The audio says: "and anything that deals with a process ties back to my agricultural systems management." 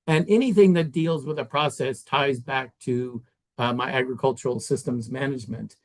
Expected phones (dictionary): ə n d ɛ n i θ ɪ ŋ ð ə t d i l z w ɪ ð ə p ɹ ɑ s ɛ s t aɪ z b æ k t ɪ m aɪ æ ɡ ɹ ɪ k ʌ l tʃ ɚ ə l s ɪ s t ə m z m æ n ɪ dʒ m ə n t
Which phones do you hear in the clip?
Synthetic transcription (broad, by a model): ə n ɛ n i θ ɪ ŋ ð ə t d i l z w ɪ ð ə p ɹ ɑ s ɛ s t aɪ z b æ k t ɪ m aɪ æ ɡ ɹ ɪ k ʌ l tʃ ɚ l s ɪ s t ə m z m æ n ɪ dʒ m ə n t